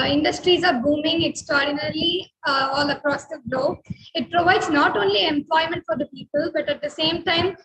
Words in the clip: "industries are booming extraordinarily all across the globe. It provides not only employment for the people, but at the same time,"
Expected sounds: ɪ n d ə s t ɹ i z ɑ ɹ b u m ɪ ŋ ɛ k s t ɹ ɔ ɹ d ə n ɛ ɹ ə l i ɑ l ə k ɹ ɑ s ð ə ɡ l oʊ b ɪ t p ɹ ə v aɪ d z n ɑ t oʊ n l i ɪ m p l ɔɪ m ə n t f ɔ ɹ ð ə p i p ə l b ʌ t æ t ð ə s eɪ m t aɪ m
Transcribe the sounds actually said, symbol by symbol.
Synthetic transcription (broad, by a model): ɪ n d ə s t ɹ i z ɑ ɹ b u m ɪ ŋ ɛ k s t ɹ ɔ ɹ d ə n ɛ ɹ l i ɑ l ə k ɹ ɑ s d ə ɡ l oʊ ɪ t p ɹ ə v aɪ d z n ɑ t oʊ n l i ɪ m p l ɔɪ m ə n t f ɔ ɹ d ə p i p ə l b ʌ t æ t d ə s eɪ m t aɪ m